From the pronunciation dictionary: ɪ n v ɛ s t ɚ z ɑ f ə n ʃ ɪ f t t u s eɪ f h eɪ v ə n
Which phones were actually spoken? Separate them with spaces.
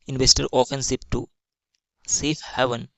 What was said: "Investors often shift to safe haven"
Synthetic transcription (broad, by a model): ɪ n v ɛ s t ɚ ɑ f ə n s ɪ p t t u s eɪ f h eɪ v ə n